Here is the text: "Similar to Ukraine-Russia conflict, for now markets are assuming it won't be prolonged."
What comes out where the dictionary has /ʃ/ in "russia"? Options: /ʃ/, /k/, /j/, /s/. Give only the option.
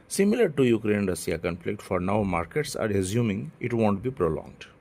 /s/